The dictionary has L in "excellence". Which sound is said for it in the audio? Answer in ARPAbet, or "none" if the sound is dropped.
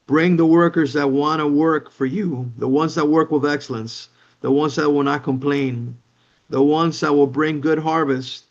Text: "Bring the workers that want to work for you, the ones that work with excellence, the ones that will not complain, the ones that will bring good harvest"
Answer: L